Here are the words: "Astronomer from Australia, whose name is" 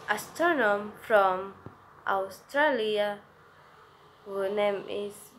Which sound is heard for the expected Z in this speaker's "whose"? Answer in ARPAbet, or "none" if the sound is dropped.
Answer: none